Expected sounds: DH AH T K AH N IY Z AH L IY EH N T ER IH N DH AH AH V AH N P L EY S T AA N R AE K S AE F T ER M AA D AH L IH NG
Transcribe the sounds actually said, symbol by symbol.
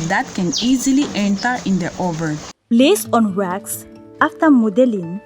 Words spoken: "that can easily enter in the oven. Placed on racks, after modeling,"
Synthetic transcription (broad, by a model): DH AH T K AH N IY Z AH L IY EH N T ER IH N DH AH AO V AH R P L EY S AA N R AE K S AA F T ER M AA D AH L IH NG